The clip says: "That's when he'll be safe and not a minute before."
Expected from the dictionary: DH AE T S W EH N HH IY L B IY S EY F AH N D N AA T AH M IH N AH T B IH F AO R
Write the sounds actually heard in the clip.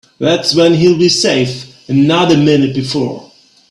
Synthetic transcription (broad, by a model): DH AE T S W EH N HH IY L B IY S EY F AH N N AA T AH M IH N AH T B IH F AO R